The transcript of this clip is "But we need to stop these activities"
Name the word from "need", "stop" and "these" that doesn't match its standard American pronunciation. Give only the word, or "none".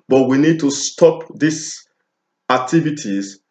these